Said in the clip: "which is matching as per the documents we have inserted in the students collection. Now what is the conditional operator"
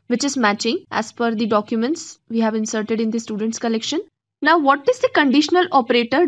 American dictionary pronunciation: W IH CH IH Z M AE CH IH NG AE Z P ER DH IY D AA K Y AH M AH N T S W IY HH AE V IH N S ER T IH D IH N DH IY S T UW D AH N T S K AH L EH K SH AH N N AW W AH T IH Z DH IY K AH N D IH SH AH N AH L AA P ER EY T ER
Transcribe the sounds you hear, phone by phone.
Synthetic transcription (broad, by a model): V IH CH IH Z M AE CH IH NG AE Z F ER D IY D AA K Y AH M AH N T S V IY HH AE V IH N S ER T IH D IH N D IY S T UW D AH N T S K AH L EH K SH AH N N AW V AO T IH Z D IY K AH N D IH SH AH N AH L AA P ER EY T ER